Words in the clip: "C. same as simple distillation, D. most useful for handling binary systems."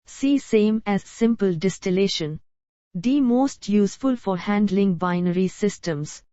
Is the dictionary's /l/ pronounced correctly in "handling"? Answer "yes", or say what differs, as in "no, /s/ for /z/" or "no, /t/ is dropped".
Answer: yes